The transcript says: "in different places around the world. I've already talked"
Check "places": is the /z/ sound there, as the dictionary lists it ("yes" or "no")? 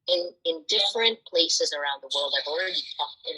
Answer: yes